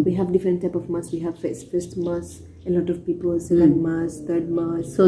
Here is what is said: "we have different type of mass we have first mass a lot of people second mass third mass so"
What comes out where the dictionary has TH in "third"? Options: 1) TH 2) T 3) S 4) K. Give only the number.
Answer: 2